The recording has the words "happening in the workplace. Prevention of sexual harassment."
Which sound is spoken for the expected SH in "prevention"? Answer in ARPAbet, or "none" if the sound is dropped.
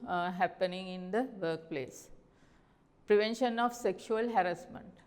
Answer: SH